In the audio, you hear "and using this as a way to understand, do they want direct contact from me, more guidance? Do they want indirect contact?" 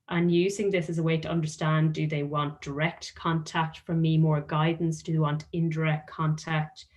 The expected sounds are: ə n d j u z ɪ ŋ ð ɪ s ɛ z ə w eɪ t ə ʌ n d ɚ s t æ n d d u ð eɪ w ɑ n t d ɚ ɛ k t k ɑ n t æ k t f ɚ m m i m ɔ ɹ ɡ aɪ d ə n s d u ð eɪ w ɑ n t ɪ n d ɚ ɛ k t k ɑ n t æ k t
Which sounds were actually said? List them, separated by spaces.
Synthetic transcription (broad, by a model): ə n j u z ɪ ŋ ð ɪ s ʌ z ə w eɪ t ə ʌ n d ɚ s t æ n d d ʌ ð eɪ w ɑ n d ɚ ɛ k t k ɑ n t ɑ k t f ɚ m m i m ɔ ɹ ɡ aɪ d n s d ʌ ð eɪ w ɑ n t ɪ n d ɚ ɛ k t k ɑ n t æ k t